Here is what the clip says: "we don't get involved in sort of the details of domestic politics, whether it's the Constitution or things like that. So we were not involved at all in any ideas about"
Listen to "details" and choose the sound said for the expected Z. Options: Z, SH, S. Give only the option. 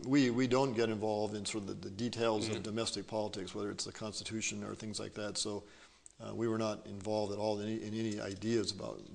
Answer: Z